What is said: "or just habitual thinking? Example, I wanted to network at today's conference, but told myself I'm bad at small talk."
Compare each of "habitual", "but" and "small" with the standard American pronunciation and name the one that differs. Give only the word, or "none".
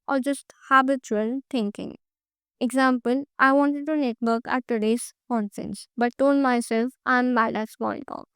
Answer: small